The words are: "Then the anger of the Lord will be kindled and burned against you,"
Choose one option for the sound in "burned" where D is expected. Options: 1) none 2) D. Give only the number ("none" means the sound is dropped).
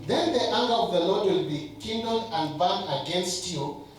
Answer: 1